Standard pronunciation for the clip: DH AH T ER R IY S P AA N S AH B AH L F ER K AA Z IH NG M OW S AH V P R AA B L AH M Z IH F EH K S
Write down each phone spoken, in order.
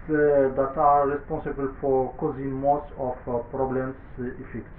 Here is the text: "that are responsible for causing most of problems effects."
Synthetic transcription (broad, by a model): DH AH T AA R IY S P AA S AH B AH L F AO K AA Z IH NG M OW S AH F P R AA B L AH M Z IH F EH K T